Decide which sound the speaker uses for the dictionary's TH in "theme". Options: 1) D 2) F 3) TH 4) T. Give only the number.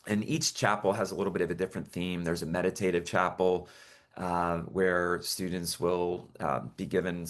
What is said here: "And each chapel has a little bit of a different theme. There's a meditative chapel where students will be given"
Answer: 3